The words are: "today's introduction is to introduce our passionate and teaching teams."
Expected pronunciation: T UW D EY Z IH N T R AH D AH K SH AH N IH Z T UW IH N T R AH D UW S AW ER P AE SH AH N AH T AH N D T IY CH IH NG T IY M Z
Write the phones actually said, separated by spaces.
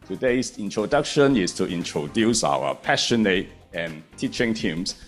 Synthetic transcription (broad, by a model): T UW D EY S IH N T R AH D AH K SH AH N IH S T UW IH N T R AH D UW S AW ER P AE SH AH N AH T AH N T IY CH IH NG T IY M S